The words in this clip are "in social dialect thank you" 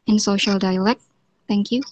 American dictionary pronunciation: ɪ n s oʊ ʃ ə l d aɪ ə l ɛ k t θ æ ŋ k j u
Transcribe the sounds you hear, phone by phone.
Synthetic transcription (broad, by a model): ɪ n s oʊ ʃ ə l d aɪ ə l ɛ k t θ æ ŋ k j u